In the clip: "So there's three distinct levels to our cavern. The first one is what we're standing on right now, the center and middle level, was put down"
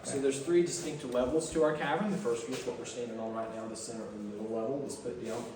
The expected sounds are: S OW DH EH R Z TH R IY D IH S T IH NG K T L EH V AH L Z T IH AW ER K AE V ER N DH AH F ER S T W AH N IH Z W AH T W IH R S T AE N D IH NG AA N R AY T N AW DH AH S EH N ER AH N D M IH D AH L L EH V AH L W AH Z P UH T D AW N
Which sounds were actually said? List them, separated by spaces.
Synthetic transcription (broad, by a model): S OW DH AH R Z TH R IY D IH S T IH NG K T L EH V L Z T IH AW ER K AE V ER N DH AH F ER S T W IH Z W AH T W IH R S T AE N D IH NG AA L R AY T N AW DH AH S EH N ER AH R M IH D L L EH V L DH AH S P UH T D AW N